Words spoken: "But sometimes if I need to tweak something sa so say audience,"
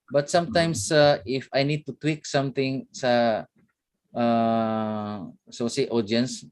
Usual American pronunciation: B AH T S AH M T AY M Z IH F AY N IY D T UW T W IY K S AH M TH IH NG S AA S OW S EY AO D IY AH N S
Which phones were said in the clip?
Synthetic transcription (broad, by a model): B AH T S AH M T AY M S IH F AY N IY D T UW T W IY K S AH M T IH NG S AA S OW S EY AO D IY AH N S